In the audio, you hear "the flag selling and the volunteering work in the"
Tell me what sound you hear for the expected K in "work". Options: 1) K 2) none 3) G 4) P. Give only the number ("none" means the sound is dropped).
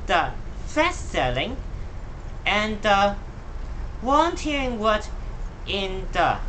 2